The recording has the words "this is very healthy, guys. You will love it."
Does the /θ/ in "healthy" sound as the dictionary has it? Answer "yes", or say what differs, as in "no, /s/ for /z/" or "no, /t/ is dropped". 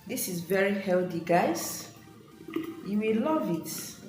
no, /t/ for /θ/